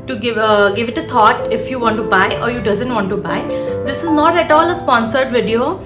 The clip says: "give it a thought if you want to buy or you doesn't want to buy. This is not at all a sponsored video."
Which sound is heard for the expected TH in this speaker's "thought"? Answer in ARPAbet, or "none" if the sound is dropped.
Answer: T